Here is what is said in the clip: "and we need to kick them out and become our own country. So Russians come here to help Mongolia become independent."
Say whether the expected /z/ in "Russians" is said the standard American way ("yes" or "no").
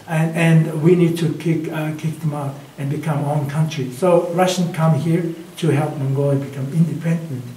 no